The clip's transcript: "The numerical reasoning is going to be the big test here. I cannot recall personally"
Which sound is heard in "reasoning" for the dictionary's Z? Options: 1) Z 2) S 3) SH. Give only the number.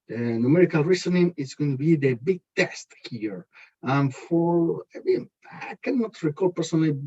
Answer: 2